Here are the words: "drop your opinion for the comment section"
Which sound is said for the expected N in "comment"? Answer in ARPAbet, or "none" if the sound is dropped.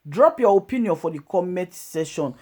none